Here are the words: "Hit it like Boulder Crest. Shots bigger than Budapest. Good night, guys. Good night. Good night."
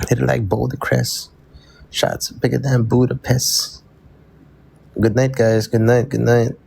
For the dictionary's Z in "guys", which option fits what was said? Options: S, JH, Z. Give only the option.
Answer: Z